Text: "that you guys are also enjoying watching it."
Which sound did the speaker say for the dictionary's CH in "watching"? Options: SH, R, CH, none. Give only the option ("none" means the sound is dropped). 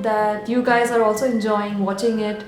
CH